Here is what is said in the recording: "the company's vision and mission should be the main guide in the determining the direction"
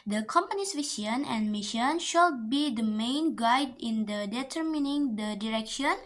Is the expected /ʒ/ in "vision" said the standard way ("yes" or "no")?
no